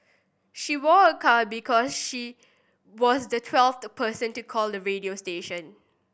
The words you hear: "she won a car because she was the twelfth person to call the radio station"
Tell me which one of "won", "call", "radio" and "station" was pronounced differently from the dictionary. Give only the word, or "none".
won